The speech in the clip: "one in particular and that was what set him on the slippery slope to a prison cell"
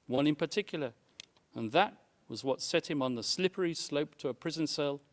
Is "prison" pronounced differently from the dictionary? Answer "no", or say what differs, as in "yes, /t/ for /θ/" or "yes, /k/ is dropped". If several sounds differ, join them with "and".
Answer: no